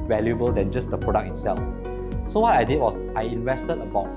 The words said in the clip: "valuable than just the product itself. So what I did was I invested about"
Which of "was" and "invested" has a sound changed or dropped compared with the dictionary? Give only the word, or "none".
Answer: was